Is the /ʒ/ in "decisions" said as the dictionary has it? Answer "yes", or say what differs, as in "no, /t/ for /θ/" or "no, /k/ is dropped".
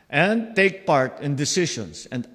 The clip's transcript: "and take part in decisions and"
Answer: no, /ʃ/ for /ʒ/